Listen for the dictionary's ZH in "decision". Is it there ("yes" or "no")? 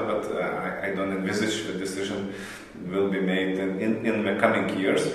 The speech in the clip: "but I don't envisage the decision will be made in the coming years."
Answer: yes